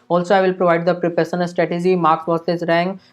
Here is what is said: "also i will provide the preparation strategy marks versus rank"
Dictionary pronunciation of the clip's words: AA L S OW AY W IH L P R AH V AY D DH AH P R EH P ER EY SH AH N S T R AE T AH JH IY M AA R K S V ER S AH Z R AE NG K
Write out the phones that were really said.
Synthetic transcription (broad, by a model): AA L S OW AY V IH L P R AH V AY D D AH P R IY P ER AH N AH L S T R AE T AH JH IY M AA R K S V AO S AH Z R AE NG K